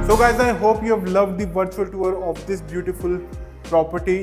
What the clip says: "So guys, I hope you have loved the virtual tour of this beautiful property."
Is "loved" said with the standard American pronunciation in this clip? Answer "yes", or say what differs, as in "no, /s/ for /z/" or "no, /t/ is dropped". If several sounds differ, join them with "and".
yes